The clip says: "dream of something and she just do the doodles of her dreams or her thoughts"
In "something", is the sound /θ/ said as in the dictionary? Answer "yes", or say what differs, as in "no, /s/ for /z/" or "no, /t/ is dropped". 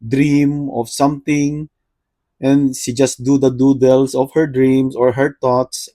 no, /t/ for /θ/